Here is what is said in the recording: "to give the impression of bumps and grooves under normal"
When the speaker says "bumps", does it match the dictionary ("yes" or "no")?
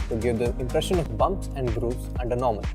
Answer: yes